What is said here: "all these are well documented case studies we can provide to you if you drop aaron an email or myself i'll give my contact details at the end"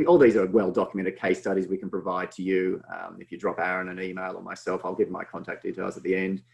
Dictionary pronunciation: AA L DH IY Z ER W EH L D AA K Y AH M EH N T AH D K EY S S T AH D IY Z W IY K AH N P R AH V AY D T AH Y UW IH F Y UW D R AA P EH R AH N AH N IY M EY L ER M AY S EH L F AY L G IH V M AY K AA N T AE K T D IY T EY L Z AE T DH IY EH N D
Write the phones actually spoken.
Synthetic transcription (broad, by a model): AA L DH IY Z ER W EH L D AA K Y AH M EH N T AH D K EY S S T AH D IY Z W IY K AH N P R AH V AY D T AH Y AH IH F Y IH D R AA P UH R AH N AH N IY M EY L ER M AY S EH L F AY L G IH V M AY K AA N T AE K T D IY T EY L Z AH T DH IY EH N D